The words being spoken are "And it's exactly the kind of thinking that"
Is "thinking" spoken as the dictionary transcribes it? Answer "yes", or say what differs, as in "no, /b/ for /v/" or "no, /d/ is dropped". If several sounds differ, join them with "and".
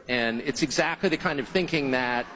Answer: yes